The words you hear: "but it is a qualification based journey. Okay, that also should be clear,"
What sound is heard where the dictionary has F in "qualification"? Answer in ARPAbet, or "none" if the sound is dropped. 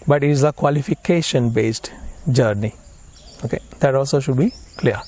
F